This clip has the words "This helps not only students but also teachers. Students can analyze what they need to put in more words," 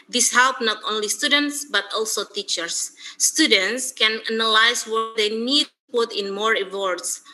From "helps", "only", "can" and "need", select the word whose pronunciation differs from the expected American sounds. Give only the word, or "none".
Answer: helps